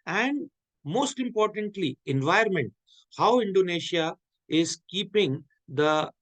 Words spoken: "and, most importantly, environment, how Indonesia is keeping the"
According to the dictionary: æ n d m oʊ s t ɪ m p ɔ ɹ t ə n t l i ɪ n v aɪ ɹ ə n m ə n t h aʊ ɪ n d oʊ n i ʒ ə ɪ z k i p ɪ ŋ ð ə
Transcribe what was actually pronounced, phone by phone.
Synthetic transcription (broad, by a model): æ n d m oʊ s t ɪ m p ɔ ɹ t ə n t l i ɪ n v aɪ ə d m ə n t h aʊ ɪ n d oʊ n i ʃ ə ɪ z k i p ɪ ŋ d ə